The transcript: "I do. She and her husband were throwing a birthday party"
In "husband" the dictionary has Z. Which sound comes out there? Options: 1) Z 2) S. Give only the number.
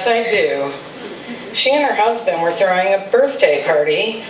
1